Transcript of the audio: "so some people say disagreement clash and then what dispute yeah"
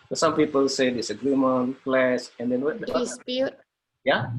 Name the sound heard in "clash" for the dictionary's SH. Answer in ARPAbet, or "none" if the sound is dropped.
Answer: S